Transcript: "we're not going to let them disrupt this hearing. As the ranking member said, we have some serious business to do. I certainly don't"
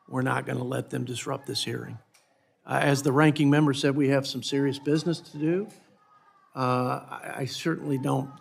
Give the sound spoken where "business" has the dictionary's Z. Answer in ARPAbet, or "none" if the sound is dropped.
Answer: Z